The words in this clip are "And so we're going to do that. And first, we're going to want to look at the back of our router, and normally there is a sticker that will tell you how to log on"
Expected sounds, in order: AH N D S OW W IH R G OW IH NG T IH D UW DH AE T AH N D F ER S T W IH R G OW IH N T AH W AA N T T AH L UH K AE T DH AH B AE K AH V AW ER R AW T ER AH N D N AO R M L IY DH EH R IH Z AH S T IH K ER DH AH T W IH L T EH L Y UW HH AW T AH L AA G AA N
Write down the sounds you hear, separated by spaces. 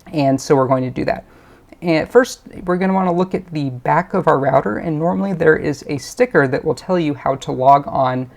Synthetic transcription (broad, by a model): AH N S OW W IH R G OW IH NG T IH D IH DH AE T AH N F ER S T W IH R G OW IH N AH W AA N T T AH L UH K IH T DH AH B AE K AH V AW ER R AW T ER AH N N AO R M L IY DH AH R IH Z AH S T IH K ER DH AH T W IH L T EH L Y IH HH AW T AH L AA G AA N